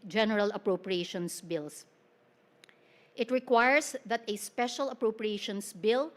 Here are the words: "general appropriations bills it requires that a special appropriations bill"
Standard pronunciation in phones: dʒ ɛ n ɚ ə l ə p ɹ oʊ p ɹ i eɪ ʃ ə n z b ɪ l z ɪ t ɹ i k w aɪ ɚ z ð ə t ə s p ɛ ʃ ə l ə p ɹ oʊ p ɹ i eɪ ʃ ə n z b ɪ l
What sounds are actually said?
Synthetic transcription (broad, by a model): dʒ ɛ n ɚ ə l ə p ɹ oʊ p ɹ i eɪ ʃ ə n s b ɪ l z ɪ t ɹ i k w aɪ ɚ s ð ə t ə s p ɛ ʃ ə l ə p ɹ oʊ p ɹ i eɪ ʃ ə n s b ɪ l